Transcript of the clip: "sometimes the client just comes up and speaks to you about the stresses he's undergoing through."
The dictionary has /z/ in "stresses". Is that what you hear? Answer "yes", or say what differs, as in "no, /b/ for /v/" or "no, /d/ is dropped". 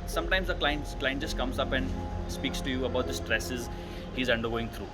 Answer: yes